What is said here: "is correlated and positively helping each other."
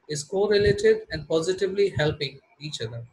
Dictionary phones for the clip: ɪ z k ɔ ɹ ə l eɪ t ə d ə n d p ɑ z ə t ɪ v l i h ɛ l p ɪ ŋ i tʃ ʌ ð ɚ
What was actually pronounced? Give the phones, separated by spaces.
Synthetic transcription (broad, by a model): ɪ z k ɔ ɹ ə l eɪ t ə d ə n d p ɑ z ə t ɪ v l i h ɛ l p ɪ ŋ i tʃ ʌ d ɚ